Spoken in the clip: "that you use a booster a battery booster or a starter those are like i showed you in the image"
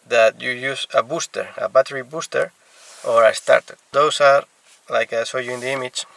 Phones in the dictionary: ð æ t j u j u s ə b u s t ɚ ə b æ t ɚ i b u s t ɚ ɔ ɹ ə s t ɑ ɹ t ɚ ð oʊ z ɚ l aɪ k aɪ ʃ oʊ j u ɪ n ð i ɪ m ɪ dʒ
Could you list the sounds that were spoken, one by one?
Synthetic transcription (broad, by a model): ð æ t j u j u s ə b u s t ɚ ə b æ t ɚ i b u s t ɚ ɔ ɹ ə s t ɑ ɹ t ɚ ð oʊ s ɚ l aɪ k aɪ s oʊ j u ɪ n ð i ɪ m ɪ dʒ